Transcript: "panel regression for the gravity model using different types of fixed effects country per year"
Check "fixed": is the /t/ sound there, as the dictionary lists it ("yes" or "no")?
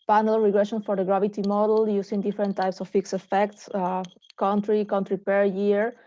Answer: no